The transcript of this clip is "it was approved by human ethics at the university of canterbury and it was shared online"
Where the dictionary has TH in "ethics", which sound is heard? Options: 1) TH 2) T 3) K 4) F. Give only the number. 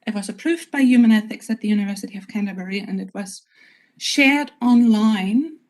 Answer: 1